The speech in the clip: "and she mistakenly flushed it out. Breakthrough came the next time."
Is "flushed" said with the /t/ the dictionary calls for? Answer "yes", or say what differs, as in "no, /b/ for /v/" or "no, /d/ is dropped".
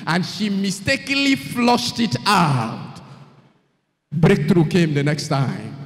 yes